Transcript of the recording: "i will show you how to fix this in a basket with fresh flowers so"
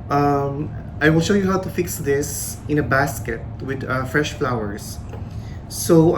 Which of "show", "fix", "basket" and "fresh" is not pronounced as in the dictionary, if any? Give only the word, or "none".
none